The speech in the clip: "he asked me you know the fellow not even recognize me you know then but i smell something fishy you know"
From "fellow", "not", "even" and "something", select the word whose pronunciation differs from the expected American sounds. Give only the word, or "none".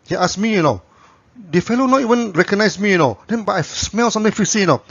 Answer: something